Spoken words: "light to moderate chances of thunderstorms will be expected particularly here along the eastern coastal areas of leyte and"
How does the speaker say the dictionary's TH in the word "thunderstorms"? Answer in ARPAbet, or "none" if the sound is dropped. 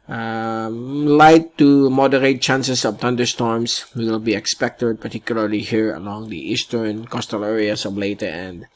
T